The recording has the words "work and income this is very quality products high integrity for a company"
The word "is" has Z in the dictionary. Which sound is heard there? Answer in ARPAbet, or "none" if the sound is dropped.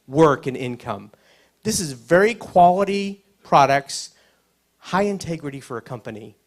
Z